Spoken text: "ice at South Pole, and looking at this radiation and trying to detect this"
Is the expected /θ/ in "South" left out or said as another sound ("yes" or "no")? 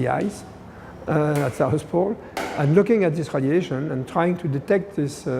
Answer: yes